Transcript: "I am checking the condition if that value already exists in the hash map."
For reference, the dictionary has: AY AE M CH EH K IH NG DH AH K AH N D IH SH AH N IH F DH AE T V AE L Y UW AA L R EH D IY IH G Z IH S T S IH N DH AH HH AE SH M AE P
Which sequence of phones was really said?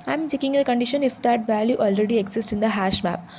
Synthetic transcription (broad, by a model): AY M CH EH K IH NG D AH K AH N D IH SH AH N IH F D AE T V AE L Y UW AA L R EH D IY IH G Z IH S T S IH N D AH HH AE SH M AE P